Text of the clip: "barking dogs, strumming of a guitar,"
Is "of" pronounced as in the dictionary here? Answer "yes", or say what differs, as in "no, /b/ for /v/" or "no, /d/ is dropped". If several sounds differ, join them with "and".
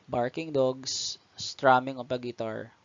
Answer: no, /p/ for /v/